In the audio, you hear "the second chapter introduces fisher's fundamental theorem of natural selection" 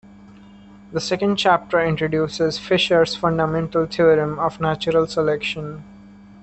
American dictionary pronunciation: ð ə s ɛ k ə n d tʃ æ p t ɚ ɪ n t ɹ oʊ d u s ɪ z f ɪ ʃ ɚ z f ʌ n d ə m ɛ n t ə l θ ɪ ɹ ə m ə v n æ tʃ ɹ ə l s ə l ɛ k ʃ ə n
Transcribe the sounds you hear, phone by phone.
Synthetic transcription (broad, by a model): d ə s ɛ k ə n d tʃ æ p t ɚ ɪ n t ɹ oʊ d u s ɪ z f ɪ ʃ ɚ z f ʌ n d ə m ɛ n t ə l t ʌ ɹ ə m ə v n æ tʃ ɹ ə l s ə l ɛ k ʃ ə n